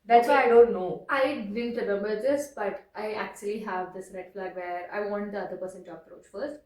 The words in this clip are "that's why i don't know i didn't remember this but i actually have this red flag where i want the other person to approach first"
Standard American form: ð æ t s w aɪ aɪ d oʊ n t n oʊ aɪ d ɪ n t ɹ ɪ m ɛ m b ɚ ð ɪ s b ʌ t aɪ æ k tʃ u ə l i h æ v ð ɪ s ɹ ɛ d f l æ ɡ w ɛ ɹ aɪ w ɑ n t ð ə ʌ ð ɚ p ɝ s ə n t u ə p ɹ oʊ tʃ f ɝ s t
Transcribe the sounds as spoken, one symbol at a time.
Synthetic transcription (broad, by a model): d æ t s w aɪ aɪ d oʊ n t n oʊ aɪ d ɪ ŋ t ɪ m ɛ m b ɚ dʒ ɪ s b ʌ t aɪ æ k tʃ u ə l i h æ v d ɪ s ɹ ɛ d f l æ ɡ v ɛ ɹ aɪ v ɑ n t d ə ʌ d ɚ p ɝ s ə n t u ə p ɹ oʊ tʃ f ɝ s t